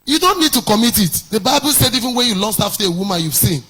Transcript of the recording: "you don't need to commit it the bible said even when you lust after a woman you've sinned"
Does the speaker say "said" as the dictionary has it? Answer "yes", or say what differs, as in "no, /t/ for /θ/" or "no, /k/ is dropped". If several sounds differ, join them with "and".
yes